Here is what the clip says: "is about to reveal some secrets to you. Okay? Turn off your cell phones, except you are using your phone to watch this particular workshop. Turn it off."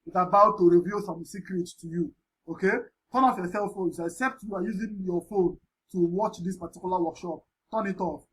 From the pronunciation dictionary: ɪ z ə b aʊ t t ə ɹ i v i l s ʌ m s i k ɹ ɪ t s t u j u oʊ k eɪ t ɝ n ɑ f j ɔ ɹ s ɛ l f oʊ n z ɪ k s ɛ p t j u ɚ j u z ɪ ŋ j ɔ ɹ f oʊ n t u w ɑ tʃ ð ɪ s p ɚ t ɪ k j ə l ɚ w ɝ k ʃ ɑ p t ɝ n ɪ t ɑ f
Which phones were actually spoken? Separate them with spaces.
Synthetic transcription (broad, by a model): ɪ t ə b aʊ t t ə ɹ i v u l s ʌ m s i k ɹ ɪ t s t u j u oʊ k eɪ t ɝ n ɑ f j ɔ s ɛ l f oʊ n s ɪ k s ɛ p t j u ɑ j u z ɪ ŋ j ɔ f oʊ n t u w ɑ tʃ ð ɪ s p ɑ t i k j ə l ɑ w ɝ k ʃ ɑ p t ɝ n ɪ t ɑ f